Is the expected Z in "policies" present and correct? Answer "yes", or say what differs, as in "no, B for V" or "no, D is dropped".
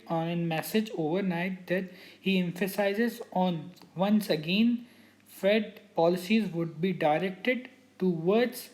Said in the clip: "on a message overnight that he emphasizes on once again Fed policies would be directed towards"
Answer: yes